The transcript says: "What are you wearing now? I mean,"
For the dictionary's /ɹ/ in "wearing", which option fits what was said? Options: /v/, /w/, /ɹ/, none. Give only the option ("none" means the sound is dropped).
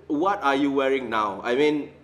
/ɹ/